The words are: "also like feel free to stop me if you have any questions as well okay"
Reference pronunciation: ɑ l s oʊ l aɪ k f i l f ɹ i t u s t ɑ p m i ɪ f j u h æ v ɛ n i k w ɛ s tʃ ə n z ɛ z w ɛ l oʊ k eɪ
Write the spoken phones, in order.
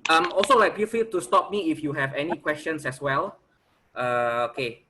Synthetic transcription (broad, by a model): ɑ l s oʊ l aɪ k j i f i t u s t ɑ p m i ɪ f j u h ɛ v ɛ n i k w ɛ s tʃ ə n s ɛ s w ɛ l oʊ k eɪ